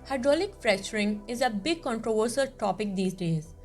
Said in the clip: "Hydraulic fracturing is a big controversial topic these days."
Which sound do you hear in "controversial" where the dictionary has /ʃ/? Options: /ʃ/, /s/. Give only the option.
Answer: /s/